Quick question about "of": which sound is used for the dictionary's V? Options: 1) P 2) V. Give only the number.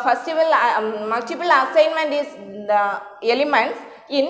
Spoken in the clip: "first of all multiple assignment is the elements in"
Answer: 2